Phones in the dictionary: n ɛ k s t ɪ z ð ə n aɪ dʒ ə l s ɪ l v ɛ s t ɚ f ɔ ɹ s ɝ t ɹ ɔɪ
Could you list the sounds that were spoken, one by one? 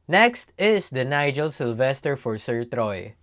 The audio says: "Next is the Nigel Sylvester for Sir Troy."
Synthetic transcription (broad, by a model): n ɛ k s t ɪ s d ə n aɪ dʒ ə l s ɪ l v ɛ s t ɚ f ɔ ɹ s ɝ t ɹ ɔɪ